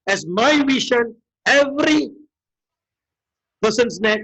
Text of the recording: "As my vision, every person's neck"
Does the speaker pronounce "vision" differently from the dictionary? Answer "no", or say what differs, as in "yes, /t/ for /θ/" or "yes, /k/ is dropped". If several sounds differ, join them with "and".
yes, /ʃ/ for /ʒ/